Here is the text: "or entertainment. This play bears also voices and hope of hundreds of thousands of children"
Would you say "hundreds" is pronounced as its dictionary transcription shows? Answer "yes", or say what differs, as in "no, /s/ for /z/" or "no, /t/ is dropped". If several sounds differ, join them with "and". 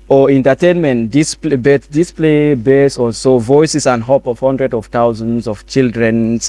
no, /z/ is dropped